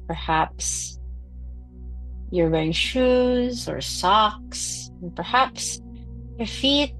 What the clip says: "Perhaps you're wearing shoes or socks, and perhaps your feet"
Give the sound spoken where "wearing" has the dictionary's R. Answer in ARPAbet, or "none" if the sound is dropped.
none